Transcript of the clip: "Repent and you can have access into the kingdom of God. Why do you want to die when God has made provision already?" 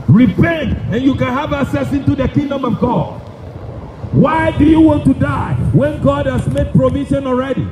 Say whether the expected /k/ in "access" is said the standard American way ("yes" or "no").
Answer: no